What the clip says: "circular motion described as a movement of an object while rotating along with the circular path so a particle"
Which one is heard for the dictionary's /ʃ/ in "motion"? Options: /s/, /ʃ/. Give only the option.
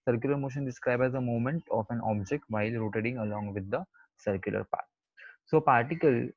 /ʃ/